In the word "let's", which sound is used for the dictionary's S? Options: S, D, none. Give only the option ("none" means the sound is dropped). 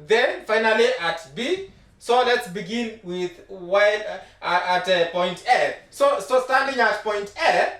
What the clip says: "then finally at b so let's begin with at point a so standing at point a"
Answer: S